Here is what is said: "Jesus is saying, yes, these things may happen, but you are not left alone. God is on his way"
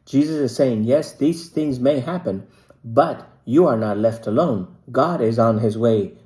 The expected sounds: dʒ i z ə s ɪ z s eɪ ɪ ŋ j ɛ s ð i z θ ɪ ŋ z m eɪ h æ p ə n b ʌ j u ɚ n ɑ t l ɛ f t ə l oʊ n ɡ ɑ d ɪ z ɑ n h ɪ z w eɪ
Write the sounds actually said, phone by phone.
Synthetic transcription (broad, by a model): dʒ i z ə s ɪ z s eɪ ɪ ŋ j ɛ s ð i z θ ɪ ŋ z m eɪ h æ p ə n b ʌ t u ɚ n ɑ t l ɛ f t ə l oʊ n ɡ ɑ d ɪ z n h ɪ z w eɪ